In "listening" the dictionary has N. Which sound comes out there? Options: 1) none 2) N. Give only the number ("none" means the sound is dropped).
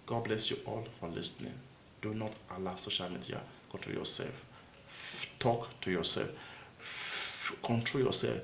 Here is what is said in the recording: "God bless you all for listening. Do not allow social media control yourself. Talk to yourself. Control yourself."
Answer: 2